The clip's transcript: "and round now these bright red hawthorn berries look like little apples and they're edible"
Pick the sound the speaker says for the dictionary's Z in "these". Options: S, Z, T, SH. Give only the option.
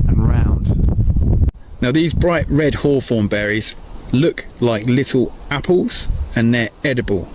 Z